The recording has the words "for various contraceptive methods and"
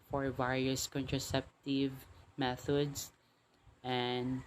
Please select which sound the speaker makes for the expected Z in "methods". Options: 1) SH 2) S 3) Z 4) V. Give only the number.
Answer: 2